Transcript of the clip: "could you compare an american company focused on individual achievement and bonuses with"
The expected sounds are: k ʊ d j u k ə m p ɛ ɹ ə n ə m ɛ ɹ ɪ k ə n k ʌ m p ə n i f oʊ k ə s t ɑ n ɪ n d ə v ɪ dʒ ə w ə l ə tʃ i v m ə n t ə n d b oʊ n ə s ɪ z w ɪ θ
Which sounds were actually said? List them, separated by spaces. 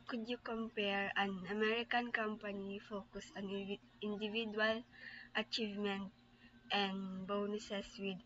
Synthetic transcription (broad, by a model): k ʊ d j u k ə m p ɛ ɹ ə n ə m ɛ ɹ ɪ k ə n k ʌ m p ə n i f oʊ k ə s ɑ n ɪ n d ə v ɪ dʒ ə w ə l ə tʃ i v m ə n t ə n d b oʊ n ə s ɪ s w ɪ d